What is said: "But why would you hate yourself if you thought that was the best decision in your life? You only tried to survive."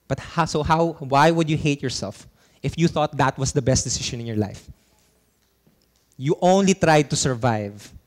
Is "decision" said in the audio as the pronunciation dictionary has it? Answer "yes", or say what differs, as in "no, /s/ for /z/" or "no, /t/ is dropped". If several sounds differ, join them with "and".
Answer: no, /ʃ/ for /ʒ/